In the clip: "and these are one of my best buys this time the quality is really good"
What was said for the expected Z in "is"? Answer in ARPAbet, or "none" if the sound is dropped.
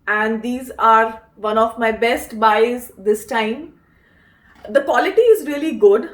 Z